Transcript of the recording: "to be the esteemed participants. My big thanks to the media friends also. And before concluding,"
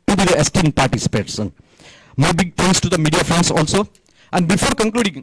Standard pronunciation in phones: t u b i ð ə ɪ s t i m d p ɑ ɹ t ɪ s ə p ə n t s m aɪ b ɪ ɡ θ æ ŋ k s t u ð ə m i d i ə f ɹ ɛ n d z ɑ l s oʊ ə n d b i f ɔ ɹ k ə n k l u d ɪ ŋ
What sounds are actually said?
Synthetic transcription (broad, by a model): t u b i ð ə ɪ s t i m d p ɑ ɹ t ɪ s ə p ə t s m aɪ b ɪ ɡ t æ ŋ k s t u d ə m i d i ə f ɹ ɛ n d s ɑ l s oʊ ə n d b i f ɔ ɹ k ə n k l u d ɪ ŋ